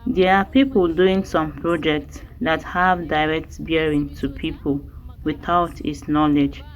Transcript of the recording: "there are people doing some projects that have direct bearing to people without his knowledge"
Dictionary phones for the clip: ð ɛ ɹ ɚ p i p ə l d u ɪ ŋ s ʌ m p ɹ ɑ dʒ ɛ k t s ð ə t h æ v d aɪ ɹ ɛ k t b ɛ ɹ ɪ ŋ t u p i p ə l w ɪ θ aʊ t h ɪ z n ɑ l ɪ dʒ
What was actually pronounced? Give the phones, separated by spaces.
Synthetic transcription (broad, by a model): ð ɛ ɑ p i p ə l d u ɪ ŋ s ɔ m p ɹ ɑ dʒ ɛ k t s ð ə t h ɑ v d aɪ ɹ ɛ k t b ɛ ɹ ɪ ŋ t u p i p ə l w ɪ θ aʊ t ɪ s n ɑ l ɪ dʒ